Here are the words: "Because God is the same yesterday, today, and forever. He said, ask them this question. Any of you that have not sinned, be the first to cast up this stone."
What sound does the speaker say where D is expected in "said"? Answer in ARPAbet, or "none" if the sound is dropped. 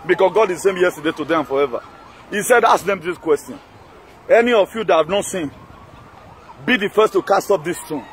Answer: D